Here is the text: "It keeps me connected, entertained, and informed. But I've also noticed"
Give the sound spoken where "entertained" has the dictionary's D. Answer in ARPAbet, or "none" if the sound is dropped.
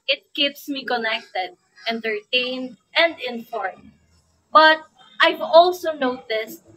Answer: D